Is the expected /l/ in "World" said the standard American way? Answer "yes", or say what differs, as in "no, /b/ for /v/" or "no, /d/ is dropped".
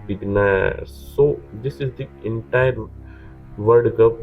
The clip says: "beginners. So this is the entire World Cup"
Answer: no, /l/ is dropped